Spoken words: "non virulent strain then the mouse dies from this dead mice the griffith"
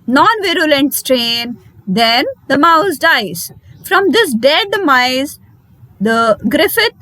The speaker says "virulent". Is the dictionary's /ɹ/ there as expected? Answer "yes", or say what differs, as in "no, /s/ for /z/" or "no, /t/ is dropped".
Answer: yes